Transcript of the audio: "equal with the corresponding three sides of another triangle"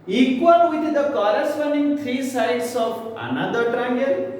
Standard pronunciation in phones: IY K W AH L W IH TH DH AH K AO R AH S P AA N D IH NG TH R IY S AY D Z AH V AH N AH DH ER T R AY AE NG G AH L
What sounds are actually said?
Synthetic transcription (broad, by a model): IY K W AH L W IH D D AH K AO R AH S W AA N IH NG T R IY S AY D S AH P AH N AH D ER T R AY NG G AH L